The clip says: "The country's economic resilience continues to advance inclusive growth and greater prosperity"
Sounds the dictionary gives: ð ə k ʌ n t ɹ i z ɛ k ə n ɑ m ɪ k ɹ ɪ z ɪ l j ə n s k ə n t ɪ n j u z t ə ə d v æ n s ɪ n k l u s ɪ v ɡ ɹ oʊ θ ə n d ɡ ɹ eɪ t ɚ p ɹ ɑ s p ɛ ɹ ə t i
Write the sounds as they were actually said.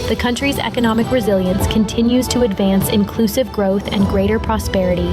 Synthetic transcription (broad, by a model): ð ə k ʌ n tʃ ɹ i z ɛ k ə n ɑ m ɪ k ɹ ɪ z ɪ l j ə n s k ə n t ɪ n j u z t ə ə d v æ n s ɪ n k l u s ɪ v ɡ ɹ oʊ θ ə n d ɡ ɹ eɪ t ɚ p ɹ ɑ s p ɛ ɹ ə t i